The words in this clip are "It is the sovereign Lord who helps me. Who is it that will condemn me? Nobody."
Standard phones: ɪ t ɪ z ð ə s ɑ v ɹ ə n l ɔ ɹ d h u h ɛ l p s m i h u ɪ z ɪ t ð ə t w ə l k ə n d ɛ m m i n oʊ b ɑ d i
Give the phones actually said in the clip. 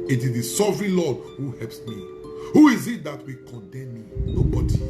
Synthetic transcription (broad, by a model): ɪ t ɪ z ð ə s ɑ v ɹ ə n l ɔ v h u h ɛ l p s m i h u ɪ z ɪ t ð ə t w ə k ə n d ɛ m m i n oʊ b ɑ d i